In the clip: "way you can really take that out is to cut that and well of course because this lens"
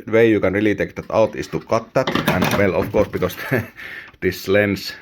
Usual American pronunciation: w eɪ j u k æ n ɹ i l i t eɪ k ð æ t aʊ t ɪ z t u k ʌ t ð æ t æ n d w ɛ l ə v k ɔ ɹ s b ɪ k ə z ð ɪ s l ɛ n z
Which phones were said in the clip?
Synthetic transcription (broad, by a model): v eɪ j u k æ n ɹ i l i t eɪ k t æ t aʊ t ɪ s t u k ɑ t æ t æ n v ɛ l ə f k ɔ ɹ s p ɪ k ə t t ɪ s l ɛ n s